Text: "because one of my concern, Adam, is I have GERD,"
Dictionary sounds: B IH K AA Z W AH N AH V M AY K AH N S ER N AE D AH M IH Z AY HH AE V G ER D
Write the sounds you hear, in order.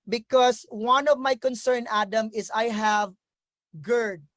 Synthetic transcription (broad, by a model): B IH K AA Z W AH N AH V M AY K AH N S ER N AE D AH M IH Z AY HH AE V G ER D